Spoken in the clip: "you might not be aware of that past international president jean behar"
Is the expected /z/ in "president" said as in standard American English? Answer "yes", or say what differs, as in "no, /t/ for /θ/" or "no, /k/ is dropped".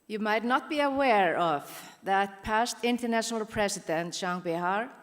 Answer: no, /s/ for /z/